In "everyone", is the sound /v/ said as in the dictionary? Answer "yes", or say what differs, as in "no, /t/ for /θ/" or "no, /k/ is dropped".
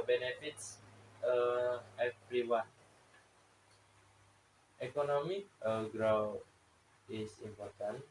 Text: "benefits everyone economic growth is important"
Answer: no, /p/ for /v/